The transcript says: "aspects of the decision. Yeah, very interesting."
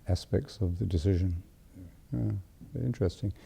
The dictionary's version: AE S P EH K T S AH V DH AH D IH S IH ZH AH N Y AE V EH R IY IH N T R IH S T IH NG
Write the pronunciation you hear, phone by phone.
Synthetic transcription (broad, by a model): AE S P EH K T S AH V DH AH D IH S IH ZH AH N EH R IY IH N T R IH S T IH NG